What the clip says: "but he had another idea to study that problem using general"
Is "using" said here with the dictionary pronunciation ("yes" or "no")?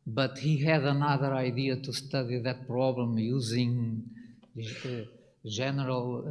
yes